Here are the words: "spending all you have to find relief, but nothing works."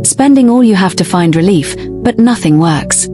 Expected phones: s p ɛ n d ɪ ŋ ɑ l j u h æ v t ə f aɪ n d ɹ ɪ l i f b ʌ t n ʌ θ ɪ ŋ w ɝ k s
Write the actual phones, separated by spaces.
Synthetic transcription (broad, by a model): s p ɛ n d ɪ ŋ ɑ l j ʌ h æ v t ə f aɪ n d ɹ ɪ l i f b ʌ t n ʌ θ ɪ ŋ w ɝ k s